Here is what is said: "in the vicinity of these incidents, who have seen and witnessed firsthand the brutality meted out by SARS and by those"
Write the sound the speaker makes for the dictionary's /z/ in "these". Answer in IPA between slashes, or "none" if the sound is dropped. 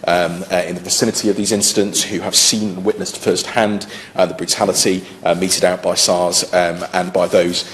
/z/